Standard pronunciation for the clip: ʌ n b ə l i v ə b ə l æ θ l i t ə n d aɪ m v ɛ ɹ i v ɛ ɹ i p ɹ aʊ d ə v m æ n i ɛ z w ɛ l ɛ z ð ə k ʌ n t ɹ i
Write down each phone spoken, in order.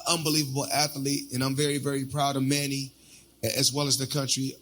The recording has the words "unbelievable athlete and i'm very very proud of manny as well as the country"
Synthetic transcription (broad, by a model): ʌ n b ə l i v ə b l æ θ l i t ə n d aɪ m v ɛ ɹ i v ɛ ɹ i p ɹ aʊ d ə v m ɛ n i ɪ z w ɛ l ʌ z ð ə k ʌ n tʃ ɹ i